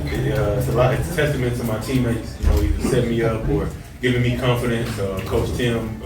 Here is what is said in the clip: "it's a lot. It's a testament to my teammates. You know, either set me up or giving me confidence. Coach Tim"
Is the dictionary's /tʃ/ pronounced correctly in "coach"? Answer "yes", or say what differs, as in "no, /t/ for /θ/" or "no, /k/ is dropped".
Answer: no, /s/ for /tʃ/